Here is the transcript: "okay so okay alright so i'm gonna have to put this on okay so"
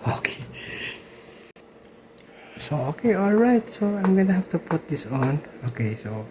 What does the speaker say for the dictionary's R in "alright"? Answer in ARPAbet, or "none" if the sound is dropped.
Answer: R